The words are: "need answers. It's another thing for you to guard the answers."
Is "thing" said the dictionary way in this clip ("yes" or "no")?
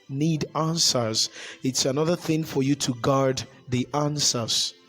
yes